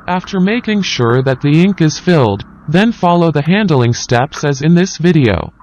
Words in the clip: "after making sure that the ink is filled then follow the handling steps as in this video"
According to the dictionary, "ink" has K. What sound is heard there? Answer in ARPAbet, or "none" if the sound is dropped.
K